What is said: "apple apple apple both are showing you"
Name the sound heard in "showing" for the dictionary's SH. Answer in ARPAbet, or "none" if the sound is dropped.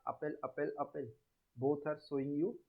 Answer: S